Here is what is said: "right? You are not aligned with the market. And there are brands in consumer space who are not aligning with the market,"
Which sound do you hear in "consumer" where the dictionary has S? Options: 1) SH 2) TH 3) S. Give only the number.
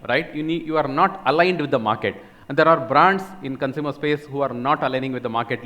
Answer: 3